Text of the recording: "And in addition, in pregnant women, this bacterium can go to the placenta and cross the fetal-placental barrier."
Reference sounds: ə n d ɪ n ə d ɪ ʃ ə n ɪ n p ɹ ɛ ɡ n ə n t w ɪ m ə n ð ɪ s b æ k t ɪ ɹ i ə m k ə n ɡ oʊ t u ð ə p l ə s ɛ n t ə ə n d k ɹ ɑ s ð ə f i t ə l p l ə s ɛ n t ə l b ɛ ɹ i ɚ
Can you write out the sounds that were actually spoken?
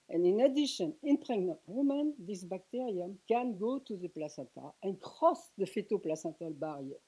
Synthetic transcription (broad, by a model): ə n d ɪ n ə d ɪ ʃ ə n ɪ n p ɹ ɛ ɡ n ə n t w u m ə n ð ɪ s b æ k t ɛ ɹ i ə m k ə n ɡ oʊ t u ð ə p l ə s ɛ t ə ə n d k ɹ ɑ s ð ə f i t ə p l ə s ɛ t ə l b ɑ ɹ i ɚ